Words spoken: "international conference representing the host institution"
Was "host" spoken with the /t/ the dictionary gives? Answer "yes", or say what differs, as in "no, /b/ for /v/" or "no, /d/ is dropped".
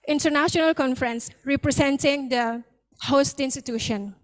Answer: yes